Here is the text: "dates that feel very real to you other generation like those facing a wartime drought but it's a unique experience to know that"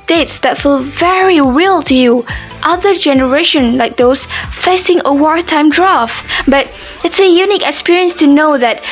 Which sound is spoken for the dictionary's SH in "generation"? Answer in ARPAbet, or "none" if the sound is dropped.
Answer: SH